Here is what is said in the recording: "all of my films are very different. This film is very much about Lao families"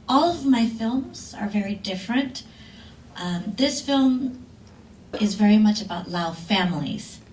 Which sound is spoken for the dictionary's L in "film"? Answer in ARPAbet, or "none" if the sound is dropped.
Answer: L